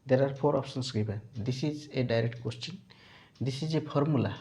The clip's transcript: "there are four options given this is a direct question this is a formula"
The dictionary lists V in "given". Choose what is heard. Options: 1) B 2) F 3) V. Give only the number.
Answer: 1